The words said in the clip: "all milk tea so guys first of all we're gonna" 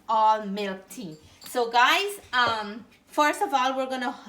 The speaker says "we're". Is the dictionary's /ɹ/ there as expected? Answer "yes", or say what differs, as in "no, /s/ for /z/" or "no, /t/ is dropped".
yes